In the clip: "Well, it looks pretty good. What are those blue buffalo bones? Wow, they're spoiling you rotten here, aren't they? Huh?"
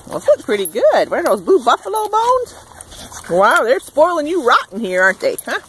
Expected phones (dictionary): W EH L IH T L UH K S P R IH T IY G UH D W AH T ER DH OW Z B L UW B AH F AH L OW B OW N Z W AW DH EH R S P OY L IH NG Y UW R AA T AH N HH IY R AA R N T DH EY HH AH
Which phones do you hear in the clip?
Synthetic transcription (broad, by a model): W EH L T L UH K P R IH T IY G UH D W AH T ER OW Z B UW B AH F AH L OW B OW N Z W AW DH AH R S P OY L IH NG Y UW R AA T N HH IY R AA R N T DH EY HH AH